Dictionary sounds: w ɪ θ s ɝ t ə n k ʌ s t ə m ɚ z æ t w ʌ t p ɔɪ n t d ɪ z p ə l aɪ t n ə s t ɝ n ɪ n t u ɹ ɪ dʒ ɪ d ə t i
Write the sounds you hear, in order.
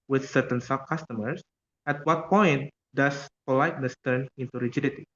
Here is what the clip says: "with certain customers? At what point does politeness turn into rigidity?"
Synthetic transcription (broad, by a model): w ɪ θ s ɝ t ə n k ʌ s t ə m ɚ s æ t w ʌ t p ɔɪ n t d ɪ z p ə l aɪ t n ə s t ɝ n ɪ n t u ɹ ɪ dʒ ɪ d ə t i